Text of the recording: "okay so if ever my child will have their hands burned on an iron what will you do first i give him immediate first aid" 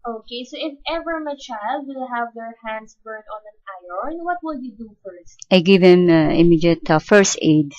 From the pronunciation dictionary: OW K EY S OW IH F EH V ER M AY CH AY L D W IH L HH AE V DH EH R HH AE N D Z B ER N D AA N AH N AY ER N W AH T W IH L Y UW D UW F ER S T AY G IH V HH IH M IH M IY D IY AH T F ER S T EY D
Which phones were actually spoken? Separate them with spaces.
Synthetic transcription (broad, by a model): OW K EY S OW IH F EH V ER M AY CH AY L D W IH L HH AE V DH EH R HH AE N D S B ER D AA N AH N AY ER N W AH T W IH L Y UW D UW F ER S T AY G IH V HH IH M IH M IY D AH T F ER S T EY D